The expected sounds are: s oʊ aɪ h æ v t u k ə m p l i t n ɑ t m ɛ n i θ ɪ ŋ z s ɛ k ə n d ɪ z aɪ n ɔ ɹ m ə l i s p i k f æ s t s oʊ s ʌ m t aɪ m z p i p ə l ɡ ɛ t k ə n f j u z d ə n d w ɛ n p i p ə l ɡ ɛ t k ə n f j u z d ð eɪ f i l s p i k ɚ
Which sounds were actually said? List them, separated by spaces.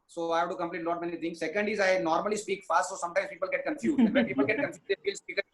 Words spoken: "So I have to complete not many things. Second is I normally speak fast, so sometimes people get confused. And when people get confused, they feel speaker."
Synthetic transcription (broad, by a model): s oʊ aɪ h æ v t u k ə m p l i t l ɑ t m ɛ n i t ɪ ŋ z s ɛ k ə n d ɪ z aɪ n ɔ ɹ m ə l i s p i k f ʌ s t s oʊ s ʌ m t aɪ m s p i p ə l ɡ ɛ t k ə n f j u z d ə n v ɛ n p i p ə l ɡ ɛ t k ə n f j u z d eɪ f i l s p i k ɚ